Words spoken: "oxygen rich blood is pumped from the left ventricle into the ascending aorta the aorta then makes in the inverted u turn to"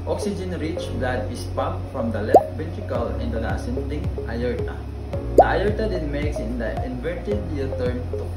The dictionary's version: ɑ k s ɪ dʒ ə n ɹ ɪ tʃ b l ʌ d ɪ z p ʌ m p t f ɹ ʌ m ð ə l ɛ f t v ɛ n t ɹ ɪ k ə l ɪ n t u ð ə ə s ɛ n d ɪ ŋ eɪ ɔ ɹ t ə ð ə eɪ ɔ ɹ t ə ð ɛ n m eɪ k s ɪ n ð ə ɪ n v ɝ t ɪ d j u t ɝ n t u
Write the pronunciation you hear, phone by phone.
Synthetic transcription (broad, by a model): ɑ k s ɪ dʒ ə n ɹ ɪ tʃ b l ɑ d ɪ s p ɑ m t f ɹ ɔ m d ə l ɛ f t b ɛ t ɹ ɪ k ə l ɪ n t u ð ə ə s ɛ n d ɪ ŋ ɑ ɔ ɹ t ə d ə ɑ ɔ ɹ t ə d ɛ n m eɪ k s ɪ n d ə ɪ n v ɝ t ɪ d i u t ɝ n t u